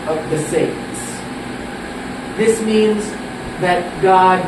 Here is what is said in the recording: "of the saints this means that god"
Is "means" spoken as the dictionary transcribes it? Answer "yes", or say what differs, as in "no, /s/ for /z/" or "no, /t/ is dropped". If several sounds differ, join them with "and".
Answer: yes